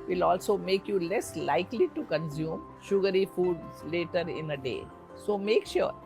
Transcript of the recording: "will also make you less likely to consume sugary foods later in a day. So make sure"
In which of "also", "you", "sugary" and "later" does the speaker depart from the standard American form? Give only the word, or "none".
none